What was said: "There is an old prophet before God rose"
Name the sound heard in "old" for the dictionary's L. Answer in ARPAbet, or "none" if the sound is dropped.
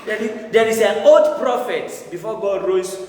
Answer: none